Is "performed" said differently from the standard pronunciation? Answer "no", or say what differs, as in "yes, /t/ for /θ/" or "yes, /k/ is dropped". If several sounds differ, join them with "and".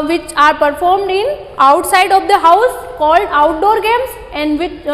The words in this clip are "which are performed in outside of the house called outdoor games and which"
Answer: no